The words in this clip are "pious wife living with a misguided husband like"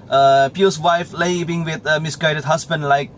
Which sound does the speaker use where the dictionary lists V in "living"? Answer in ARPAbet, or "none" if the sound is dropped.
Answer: B